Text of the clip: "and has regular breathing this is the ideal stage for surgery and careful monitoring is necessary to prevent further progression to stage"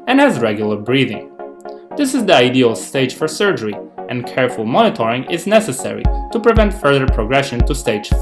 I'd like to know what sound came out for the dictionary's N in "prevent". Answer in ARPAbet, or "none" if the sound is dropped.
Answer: N